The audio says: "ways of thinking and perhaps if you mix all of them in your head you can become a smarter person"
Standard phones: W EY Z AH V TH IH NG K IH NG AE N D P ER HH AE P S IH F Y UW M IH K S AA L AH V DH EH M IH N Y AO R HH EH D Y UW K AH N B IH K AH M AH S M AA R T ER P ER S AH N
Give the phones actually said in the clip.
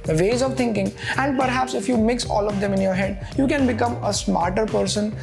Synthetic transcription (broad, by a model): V EY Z AH V T IH NG K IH NG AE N D P ER HH AE P S IH F Y UW M IH K S AA L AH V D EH M IH N Y AO R HH EH D Y UW K AH N B IH K AH M AH S M AA R T ER P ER S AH N